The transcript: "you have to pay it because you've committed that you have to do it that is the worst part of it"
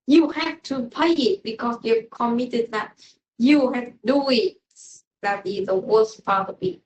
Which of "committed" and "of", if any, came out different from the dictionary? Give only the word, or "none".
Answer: of